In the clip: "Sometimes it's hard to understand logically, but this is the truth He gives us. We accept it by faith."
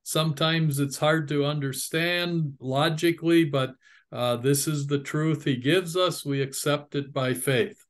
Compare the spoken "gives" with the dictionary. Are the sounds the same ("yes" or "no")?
yes